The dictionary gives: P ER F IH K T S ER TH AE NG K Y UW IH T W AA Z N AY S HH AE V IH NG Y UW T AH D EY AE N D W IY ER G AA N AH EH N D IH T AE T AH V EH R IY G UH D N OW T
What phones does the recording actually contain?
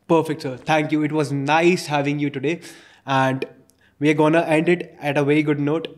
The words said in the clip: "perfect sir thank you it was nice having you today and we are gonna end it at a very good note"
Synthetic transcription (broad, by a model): P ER F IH K T S ER T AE NG K Y UW IH T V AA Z N AY S HH AE V IH NG Y UW T AH D EY AE N D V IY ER G AA N AH EH N D IH T AE T AH V EH R IY G UH D N OW T